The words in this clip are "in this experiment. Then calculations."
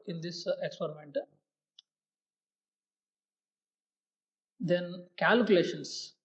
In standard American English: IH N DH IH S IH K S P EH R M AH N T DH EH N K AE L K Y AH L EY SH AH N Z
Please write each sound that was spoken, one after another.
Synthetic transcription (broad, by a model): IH N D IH S IH K S P EH R M AH N T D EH N K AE L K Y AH L EY SH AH N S